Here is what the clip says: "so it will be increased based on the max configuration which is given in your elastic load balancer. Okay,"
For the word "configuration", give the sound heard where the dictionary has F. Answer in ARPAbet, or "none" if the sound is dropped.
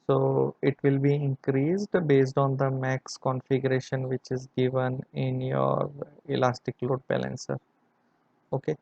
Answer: F